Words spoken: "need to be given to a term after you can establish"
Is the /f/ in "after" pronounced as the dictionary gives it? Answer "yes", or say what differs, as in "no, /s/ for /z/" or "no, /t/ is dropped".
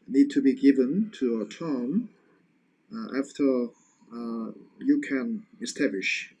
yes